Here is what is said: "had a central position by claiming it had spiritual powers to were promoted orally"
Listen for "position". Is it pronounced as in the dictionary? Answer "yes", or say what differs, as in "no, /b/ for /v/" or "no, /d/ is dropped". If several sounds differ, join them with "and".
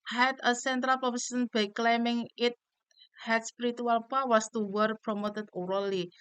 no, /s/ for /ʃ/